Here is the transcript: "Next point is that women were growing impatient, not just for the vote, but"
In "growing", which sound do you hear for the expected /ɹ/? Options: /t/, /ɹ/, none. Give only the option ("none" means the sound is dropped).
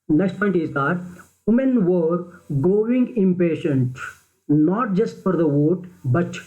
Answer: none